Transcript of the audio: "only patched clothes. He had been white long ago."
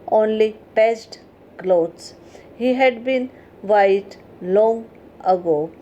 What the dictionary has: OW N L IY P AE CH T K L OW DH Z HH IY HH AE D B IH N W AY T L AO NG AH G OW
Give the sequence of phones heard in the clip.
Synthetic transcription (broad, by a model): OW N L IY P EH S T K L OW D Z HH IY HH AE D B IH N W AY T L AO NG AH G OW